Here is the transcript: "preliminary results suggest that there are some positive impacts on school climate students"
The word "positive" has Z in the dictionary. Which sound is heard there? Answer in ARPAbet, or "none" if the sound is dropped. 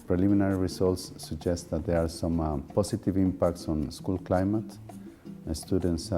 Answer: S